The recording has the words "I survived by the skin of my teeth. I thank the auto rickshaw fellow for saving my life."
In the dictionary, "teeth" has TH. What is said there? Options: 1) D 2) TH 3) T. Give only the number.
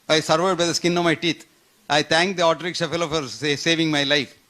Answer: 3